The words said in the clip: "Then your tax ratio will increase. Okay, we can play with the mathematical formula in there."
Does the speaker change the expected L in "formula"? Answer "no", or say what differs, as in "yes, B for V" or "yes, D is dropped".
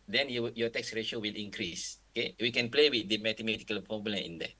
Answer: yes, N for L